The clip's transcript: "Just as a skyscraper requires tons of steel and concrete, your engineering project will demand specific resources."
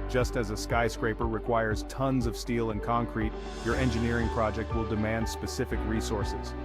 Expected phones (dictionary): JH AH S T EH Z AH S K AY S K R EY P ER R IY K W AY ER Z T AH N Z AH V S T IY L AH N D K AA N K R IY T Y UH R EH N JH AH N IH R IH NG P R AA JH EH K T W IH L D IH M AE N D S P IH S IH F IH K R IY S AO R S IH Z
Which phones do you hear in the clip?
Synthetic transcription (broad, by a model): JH AH S T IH Z AH S K AY S K R EY P ER R IY K W AY ER Z T AH N Z AH V S T IY L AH N K AA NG K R IY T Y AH R EH N JH AH N IH R IH NG P R AA JH EH K T W IH L D IH M AE N D S P IH S IH F IH K R IY S AO R S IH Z